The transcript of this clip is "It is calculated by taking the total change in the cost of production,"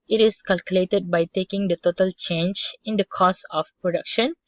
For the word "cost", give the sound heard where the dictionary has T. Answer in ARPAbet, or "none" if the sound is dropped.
none